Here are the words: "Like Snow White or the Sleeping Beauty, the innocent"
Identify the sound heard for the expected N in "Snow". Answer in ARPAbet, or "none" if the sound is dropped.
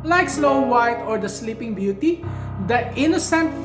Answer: L